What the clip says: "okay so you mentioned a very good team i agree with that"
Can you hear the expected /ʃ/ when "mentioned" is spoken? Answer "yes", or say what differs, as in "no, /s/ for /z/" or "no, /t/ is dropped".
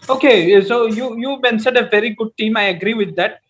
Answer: no, /s/ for /ʃ/